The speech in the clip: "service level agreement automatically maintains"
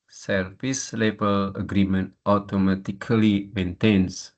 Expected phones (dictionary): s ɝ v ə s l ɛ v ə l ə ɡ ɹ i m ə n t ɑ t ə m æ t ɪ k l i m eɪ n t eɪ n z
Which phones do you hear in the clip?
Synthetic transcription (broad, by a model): s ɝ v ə s l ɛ b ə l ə ɡ ɹ i m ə n t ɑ t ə m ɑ t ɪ k l i m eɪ n t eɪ n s